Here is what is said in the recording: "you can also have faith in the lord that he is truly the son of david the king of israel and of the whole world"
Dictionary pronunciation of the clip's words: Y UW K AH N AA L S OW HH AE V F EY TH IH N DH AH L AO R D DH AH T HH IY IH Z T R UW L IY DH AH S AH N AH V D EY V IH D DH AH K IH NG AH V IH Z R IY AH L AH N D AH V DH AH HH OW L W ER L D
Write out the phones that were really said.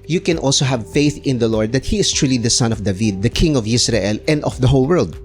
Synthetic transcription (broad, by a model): Y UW K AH N AA L S OW HH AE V F EY TH IH N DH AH L AO R D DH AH T HH IY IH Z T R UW L IY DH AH S AH N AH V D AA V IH D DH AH K IH NG AH V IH S R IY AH L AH N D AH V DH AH HH OW L W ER L D